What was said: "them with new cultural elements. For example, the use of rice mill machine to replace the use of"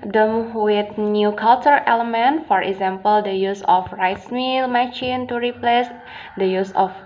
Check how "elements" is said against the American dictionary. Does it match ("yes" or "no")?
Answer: no